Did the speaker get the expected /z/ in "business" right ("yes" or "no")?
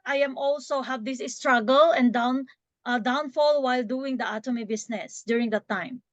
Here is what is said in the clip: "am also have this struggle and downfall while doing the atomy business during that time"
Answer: no